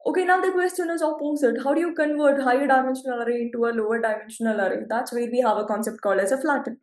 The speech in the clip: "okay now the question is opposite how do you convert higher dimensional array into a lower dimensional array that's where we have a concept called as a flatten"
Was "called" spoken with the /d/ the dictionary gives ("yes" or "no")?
no